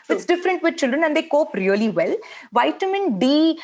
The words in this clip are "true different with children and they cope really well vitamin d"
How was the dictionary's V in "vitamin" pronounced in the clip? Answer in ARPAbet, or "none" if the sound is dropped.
V